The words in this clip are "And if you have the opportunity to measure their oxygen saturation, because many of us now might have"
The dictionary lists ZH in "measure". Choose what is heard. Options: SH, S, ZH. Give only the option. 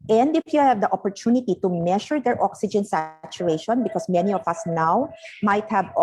SH